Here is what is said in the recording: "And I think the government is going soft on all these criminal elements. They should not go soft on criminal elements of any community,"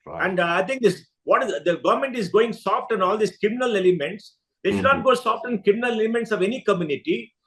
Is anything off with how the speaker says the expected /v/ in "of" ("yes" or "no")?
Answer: no